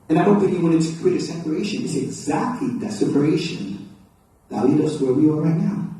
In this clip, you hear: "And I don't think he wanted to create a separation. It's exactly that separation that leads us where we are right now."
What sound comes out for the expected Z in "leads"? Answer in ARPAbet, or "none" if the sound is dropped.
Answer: none